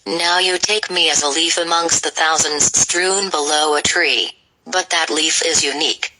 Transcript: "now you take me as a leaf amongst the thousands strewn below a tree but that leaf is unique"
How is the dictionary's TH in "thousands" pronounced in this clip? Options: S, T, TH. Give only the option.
TH